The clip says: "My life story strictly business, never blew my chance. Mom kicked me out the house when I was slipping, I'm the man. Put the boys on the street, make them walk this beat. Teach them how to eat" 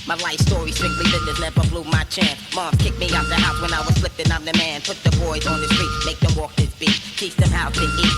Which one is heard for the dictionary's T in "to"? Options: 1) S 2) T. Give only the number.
1